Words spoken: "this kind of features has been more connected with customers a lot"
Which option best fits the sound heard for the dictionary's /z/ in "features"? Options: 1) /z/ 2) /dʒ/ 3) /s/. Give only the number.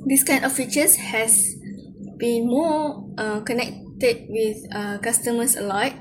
3